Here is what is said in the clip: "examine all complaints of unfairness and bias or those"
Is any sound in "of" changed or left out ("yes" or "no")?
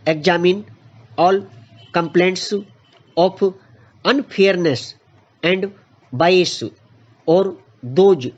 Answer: yes